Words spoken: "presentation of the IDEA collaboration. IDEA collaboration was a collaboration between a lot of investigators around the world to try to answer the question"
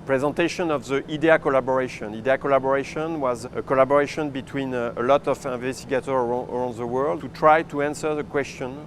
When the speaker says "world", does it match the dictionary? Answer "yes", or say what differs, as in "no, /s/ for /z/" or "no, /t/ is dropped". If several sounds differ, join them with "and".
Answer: yes